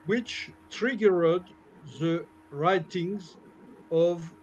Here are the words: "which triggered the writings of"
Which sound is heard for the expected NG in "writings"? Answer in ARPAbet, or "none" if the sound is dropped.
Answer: NG